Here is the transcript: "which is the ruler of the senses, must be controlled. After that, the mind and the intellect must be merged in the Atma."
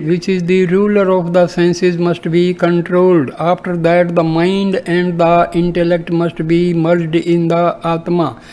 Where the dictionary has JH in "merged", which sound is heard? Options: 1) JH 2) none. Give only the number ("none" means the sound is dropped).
1